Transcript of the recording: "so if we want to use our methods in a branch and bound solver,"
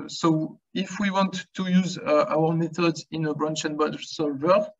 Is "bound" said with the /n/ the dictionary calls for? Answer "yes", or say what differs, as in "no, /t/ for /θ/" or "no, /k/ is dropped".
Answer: no, /n/ is dropped